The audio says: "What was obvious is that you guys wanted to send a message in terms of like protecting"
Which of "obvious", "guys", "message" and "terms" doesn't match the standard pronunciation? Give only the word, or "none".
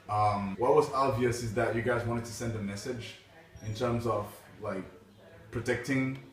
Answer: none